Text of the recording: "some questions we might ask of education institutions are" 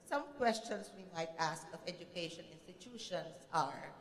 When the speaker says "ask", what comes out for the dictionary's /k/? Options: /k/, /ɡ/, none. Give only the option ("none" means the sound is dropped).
/k/